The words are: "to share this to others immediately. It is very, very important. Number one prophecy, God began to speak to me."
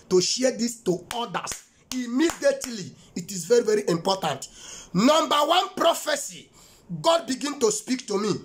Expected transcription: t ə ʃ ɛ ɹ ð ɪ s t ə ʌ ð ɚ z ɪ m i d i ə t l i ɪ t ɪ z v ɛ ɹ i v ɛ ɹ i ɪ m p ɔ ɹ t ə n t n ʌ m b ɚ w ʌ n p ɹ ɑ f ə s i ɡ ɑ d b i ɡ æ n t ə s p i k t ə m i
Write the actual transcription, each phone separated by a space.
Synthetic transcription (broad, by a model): t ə ʃ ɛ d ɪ s t ə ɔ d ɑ s ɪ m i d i ə t l i ɪ t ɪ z v ɛ ɹ i v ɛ ɹ i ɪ m p ɔ t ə n t n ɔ m b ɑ w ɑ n p ɹ ɑ f ə s i ɡ ɑ d b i ɡ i n t ə s p i k t ə m i